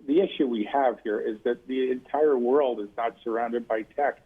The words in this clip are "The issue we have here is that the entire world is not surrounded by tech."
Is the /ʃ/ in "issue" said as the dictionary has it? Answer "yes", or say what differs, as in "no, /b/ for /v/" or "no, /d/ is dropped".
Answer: yes